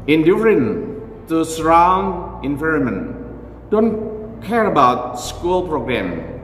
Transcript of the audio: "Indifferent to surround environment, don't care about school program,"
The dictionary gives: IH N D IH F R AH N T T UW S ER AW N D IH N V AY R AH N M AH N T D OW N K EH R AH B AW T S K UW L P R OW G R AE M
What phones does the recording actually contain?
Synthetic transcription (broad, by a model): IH N D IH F R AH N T T UW S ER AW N IH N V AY R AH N M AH N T D OW N K EH R AH B AW T S K UW L P R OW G R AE M